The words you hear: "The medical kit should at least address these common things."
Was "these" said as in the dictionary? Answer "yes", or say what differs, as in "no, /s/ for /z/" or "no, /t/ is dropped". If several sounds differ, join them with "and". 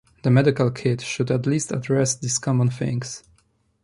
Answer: no, /s/ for /z/